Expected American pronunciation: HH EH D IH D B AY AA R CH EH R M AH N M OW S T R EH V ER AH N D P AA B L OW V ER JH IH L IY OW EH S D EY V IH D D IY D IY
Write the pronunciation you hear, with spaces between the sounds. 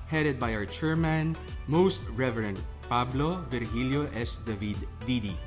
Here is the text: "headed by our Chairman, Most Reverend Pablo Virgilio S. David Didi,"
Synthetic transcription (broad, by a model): HH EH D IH D B AY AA W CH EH R M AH N M OW S T R EH V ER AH N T P AA B L OW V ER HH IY L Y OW EH S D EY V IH D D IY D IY